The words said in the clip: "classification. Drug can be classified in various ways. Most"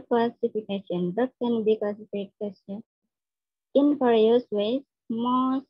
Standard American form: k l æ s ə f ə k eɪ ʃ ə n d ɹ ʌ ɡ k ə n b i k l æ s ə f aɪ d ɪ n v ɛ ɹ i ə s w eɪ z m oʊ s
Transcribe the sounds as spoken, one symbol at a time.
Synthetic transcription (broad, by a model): k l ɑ s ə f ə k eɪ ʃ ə n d ʌ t k ə n b i k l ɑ s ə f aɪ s ɪ n f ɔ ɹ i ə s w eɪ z m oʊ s